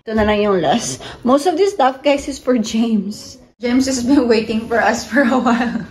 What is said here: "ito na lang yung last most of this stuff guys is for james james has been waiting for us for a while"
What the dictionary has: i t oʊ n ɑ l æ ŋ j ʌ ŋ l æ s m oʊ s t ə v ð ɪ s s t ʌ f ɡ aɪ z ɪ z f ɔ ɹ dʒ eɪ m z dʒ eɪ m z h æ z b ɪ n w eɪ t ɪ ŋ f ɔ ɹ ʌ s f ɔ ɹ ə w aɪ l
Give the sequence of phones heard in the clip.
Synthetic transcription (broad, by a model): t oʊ n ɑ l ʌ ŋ j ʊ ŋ l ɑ s m oʊ s t ə v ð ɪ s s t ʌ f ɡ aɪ s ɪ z f ɔ ɹ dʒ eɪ m s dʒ eɪ m s h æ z b ɪ n w eɪ t ɪ ŋ f ɔ ɹ ʌ s f ɔ ɹ ə w aɪ l